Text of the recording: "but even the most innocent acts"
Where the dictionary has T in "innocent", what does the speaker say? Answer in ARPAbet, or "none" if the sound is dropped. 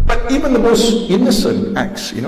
T